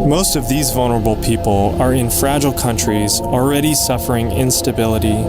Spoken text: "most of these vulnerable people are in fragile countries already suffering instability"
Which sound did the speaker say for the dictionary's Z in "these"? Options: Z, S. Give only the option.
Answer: Z